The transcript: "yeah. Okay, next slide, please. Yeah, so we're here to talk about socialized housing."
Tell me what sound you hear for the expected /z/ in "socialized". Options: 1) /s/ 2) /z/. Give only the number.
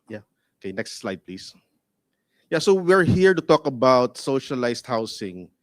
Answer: 1